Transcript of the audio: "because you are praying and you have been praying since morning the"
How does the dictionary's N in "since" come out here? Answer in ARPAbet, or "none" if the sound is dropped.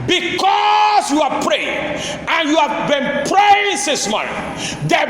none